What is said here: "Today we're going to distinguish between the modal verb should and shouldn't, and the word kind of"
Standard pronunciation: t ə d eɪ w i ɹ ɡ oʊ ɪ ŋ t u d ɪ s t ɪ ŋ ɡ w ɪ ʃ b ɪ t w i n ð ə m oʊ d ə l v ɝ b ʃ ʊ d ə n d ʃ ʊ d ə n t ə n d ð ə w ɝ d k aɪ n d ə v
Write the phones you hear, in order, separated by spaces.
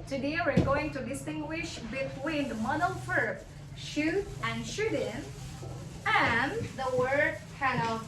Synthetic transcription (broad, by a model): t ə d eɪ w i ɹ ɡ oʊ ɪ ŋ t u d ɪ s t ɪ ŋ ɡ w ɪ ʃ b ɪ t w i n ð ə m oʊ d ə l f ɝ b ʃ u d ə n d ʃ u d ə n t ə n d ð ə w ɝ d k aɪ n ə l